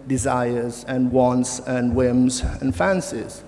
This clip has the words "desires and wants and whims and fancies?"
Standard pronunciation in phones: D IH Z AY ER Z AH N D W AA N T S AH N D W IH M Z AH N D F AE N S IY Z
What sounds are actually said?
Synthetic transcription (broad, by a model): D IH Z AY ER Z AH N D W AA N T S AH N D W IH M Z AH N F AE N S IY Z